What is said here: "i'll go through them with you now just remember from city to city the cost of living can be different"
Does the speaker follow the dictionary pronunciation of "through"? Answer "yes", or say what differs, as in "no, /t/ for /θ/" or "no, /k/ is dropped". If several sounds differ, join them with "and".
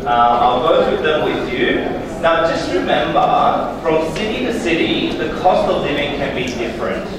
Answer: no, /w/ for /ɹ/